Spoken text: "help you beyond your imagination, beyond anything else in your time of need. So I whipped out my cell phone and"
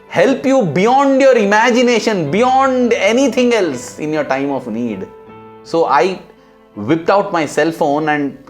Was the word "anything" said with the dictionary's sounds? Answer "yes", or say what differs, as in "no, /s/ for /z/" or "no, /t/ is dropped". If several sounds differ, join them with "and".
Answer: no, /t/ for /θ/